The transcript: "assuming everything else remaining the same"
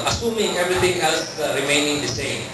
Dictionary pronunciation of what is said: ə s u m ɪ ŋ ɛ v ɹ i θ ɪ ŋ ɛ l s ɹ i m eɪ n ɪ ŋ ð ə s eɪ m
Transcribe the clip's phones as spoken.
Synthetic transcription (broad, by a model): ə s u m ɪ ŋ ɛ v ɹ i t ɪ ŋ ɛ l s ɹ i m eɪ n ɪ ŋ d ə s eɪ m